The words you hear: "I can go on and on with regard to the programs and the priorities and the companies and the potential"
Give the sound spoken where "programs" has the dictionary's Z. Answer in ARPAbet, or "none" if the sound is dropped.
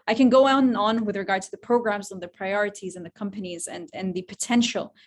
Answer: Z